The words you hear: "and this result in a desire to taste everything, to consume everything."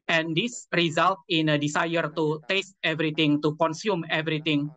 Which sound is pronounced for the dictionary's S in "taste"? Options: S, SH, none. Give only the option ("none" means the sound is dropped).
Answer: S